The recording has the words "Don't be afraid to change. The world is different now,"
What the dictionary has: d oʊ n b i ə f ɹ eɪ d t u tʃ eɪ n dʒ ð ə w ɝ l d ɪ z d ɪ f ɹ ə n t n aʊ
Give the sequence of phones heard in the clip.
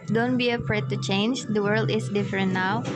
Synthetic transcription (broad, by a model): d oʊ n b i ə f ɹ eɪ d t u tʃ eɪ n dʒ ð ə w ɝ l d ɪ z d ɪ f ɹ ə n t n aʊ